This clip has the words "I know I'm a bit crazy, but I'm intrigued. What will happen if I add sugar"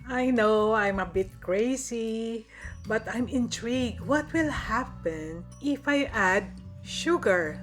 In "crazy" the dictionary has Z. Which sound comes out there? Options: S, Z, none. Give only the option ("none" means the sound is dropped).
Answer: S